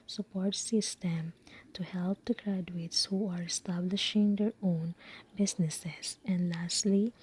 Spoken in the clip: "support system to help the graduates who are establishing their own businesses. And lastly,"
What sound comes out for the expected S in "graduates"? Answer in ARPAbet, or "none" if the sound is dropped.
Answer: S